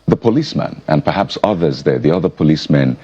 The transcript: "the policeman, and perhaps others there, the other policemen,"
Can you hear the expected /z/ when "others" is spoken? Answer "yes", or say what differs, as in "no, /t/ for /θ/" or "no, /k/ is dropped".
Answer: yes